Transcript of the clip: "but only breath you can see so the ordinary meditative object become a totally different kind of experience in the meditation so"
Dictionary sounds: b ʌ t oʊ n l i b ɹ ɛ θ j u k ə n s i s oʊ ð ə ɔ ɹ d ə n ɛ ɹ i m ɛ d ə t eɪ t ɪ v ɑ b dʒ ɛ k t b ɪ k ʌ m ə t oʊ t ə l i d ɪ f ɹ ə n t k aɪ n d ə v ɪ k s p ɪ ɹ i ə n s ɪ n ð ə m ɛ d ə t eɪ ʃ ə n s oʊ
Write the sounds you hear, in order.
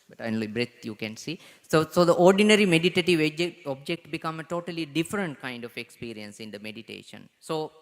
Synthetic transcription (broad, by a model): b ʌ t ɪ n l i b ɹ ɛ t j u k ə n s i s oʊ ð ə ɔ ɹ d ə n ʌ ɹ i m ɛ d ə t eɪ t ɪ v ɑ b dʒ ɛ k t b ɪ k ʌ m ə t oʊ t ə l i d ɪ f ɹ ə n t k aɪ n d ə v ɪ k s p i ɹ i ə n s ɪ n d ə m ɛ d ə t eɪ ʃ ə n s oʊ